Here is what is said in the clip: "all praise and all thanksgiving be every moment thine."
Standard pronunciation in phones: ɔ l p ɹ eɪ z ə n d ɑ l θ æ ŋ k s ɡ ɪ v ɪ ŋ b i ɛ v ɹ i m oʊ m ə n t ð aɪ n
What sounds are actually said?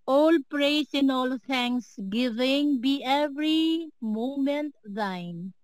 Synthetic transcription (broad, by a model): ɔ l p ɹ eɪ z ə n ɑ l t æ ŋ k s ɡ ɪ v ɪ ŋ b i ɛ v ɹ i m oʊ m ə n t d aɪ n